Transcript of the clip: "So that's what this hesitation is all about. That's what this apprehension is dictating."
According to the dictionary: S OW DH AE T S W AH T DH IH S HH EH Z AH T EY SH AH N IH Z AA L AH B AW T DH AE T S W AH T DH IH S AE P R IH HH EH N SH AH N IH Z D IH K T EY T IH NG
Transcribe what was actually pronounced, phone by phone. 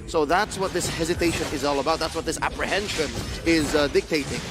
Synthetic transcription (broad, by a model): S OW DH AE T S W AH T DH IH S HH EH Z AH T EY SH AH N IH Z AA L AH B AW T DH AE T S W AH T DH IH S AE P R IH HH EH N SH AH N IH Z D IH K T EY T IH NG